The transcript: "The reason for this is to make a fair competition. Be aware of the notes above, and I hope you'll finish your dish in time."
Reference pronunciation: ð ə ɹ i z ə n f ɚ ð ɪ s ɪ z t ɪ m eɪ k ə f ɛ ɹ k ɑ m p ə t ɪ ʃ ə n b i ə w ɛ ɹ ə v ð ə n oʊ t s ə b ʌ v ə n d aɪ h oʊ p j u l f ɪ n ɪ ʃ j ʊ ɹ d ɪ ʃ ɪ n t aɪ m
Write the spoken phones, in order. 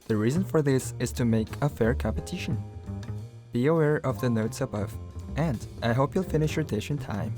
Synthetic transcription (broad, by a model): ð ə ɹ i z ə n f ɚ ð ɪ s ɪ z t ɪ m eɪ k ə f ɛ ɹ k ɑ m p ə t ɪ ʃ ə n b i ə w ɛ ɹ ə v ð ə n oʊ t s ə b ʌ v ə n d aɪ h oʊ p j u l f ɪ n ɪ ʃ j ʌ ɹ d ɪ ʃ ɪ n t aɪ m